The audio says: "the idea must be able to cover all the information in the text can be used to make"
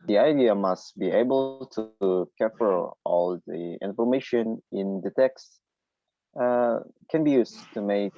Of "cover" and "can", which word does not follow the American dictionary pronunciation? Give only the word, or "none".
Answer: cover